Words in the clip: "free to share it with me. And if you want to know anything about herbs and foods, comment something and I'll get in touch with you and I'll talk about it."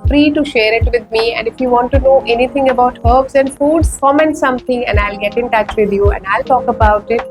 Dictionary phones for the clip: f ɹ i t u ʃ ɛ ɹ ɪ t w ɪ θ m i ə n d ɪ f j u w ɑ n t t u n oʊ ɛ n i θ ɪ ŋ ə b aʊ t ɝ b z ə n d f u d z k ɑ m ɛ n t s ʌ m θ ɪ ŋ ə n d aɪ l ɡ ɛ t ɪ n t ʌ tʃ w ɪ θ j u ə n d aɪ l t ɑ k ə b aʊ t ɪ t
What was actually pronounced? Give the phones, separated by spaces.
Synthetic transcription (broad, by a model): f ɹ i t u ʃ ɛ ɹ ɪ t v ɪ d m i ə n d ɪ f j u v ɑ n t t u n oʊ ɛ n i t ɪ ŋ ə b aʊ t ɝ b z ə n d f u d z k ɑ m ɛ n t s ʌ m t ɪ ŋ ə n d aɪ l ɡ ɛ t ɪ n t ʌ tʃ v ɪ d j u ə n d aɪ l t ɑ k ə b aʊ t ɪ t